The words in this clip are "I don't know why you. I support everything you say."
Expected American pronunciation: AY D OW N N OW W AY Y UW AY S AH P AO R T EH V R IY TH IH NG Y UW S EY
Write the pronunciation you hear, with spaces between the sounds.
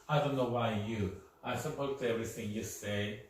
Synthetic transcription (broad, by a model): AY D OW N N OW W AY Y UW AY S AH P AO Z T EH V R IY TH IH NG Y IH S EY